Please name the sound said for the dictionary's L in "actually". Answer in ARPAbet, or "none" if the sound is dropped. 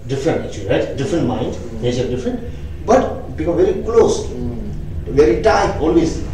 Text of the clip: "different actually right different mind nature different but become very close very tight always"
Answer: none